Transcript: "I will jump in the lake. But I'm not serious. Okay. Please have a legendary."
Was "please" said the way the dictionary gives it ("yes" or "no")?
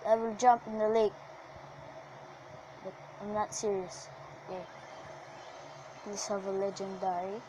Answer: no